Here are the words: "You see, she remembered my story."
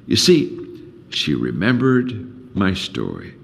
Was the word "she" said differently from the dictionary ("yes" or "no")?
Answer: no